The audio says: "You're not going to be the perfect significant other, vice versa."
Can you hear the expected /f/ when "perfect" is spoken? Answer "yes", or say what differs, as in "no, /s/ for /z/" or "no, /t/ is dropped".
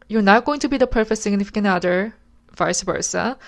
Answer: yes